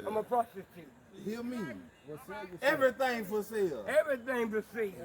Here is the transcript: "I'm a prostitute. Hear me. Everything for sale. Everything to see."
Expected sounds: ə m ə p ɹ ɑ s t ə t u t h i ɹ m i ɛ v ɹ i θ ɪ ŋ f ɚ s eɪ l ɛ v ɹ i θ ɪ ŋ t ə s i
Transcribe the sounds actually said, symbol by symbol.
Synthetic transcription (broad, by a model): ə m ə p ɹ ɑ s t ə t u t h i l m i ɛ v ɹ i θ ɪ ŋ f ɚ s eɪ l ɛ v ɹ i θ ɪ ŋ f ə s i